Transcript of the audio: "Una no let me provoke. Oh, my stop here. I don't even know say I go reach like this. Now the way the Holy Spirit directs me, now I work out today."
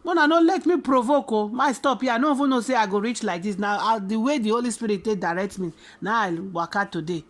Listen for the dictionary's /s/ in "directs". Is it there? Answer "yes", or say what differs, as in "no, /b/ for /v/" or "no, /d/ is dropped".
no, /s/ is dropped